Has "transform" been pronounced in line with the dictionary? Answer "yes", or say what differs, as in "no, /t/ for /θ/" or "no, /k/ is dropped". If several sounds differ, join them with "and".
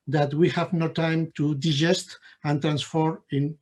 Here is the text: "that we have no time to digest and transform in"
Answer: no, /m/ is dropped